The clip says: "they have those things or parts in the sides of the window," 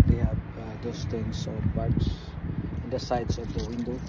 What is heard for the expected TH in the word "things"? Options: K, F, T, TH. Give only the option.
T